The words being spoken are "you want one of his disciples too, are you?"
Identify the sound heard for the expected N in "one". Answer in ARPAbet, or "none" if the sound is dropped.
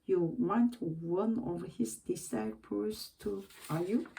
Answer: N